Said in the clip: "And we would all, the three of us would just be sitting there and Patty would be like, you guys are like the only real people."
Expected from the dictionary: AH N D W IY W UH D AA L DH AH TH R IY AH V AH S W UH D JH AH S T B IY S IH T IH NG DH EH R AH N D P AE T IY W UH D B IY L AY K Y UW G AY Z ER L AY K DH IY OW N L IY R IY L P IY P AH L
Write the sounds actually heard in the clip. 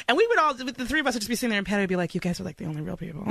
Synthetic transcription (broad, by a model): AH N W IY W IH D AA L DH AH TH R IY AH V AH S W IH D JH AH S B IY S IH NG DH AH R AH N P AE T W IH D B IY L AY K Y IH G AY Z ER L AY K DH IY OW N L IY R IY L P IY P L